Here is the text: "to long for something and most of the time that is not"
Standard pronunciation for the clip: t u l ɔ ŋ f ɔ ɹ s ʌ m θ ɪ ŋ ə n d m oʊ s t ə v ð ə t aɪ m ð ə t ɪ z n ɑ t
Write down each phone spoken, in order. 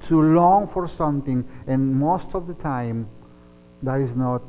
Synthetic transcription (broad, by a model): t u l ɔ ŋ f ɔ ɹ s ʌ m t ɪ ŋ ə n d m oʊ s t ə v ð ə t aɪ m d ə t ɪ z n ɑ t